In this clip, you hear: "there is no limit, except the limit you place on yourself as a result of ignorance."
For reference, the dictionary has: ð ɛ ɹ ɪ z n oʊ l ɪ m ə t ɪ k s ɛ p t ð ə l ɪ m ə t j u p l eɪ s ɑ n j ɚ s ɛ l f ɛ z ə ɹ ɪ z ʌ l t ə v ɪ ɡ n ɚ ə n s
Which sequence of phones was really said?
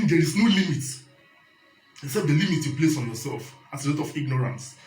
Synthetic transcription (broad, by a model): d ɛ ɹ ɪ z n oʊ l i m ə t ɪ k s ɛ p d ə l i m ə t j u p l eɪ s ɑ n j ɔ s ɛ l f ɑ s ə l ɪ t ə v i ɡ n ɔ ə n s